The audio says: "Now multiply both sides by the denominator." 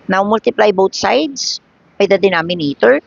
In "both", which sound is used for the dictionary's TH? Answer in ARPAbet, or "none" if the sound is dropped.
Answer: T